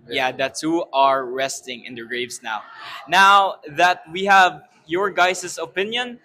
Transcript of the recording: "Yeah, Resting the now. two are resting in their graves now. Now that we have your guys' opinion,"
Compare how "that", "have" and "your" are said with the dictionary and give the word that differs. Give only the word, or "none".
none